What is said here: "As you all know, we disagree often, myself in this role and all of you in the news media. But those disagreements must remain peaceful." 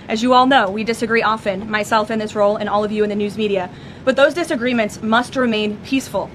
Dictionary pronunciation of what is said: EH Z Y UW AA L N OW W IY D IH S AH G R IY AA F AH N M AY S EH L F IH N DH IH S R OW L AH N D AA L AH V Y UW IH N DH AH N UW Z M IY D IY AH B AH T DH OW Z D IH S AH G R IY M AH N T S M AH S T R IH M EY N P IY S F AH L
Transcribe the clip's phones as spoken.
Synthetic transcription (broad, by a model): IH Z Y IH AA L N OW W IY D IH S AH G R IY AA F AH N M AY S EH L F IH N DH IH S R OW L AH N AA L AH V Y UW IH N DH AH N UW Z M IY D IY AH B AH T DH OW Z D IH S AH G R IY M AH N T S M AH S T R IH M EY N P IY S F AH L